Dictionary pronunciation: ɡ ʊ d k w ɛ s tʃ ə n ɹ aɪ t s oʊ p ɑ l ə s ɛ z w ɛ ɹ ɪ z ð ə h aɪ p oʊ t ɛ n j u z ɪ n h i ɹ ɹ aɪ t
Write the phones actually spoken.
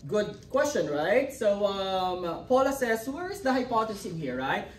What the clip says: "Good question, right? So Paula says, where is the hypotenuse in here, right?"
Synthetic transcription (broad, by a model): ɡ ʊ d k w ɛ s tʃ ə n ɹ aɪ t s oʊ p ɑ l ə s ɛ s w ɛ ɹ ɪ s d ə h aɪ p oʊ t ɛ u s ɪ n h i ɹ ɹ aɪ t